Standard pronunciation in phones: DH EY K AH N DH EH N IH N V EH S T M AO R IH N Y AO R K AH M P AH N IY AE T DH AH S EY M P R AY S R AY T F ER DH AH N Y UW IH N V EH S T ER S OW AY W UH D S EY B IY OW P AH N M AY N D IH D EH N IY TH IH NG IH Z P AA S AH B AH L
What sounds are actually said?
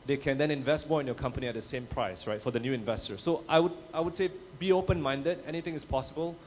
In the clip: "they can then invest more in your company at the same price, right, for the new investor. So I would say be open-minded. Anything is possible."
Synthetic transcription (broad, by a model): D EY K AH N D EH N IH N V EH S T M AO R IH N Y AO K AH M P AH N IY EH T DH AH S EY M P R AY S R AY T F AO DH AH N Y UW IH N V EH S T ER S OW AY W UH D S EY B IY OW P AH N M AY N D IH D EH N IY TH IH NG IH S P AA S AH B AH L